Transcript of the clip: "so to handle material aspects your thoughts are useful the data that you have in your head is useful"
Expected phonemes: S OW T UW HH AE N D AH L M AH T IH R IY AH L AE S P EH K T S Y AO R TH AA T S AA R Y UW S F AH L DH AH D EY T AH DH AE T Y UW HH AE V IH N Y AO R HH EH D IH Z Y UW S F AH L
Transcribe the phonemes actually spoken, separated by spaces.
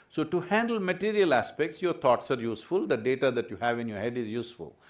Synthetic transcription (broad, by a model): S OW T UW HH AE N D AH L M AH T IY R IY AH L AE S P EH K T S Y AO R T AA T S AA R Y UW S F AH L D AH D EY T AH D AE T Y UW HH AE V IH N Y AO R HH EH D IH Z Y UW S F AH L